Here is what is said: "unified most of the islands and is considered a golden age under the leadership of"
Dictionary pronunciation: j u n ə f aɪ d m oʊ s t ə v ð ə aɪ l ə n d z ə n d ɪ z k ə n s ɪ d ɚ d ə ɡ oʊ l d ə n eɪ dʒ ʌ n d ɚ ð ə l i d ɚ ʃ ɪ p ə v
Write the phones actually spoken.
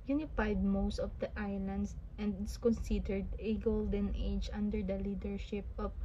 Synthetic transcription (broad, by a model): j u n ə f aɪ d m oʊ s t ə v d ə aɪ l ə n d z ə n d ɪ s k ə n s ɪ d ɚ d ə ɡ oʊ l d ə n eɪ dʒ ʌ n d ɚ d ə l i d ɚ ʃ ɪ p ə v